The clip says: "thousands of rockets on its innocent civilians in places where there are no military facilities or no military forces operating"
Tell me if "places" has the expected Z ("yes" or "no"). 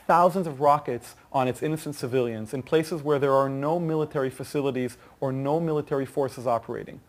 yes